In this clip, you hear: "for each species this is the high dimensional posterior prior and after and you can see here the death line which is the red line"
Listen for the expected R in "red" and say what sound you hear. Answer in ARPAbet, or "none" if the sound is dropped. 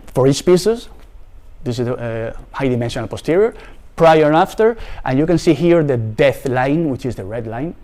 R